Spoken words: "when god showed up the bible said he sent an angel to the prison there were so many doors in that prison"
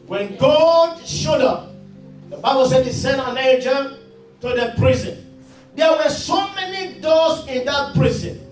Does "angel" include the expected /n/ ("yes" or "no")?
no